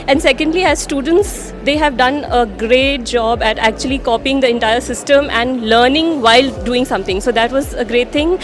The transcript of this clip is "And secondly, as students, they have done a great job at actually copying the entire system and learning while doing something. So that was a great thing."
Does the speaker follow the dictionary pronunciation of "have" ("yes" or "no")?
yes